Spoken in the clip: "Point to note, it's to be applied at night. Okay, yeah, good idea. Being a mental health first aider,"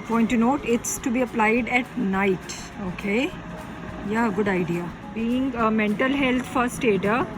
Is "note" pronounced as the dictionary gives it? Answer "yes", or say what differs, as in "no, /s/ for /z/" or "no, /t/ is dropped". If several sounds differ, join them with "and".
yes